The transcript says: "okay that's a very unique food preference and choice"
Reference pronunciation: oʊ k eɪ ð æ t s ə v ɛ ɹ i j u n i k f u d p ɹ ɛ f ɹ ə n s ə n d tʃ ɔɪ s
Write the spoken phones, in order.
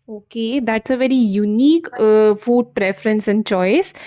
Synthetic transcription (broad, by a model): oʊ k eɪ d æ t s ə v ɛ ɹ i j u n i k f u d p ɹ ɛ f ɹ ə n s ə n d tʃ ɔɪ s